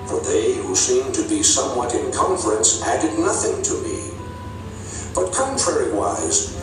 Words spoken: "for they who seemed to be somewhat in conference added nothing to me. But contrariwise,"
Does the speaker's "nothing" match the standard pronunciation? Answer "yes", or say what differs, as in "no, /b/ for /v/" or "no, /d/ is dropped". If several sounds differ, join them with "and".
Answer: yes